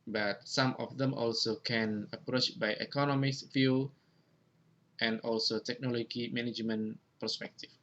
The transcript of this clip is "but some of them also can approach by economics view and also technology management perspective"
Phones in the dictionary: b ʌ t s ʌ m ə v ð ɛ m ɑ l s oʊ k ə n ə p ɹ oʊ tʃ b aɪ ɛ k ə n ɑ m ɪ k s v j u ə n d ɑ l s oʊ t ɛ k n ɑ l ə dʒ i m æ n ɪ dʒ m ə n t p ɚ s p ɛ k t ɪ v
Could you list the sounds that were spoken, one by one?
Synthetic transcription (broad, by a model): b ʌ t s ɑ m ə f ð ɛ m ɑ l s oʊ k ə n ə p ɹ oʊ tʃ b aɪ ɛ k ə n ɑ m ɪ k s f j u ə n d ɑ l s oʊ t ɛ k n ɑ l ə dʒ i m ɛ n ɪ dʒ m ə n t p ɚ s p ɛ k t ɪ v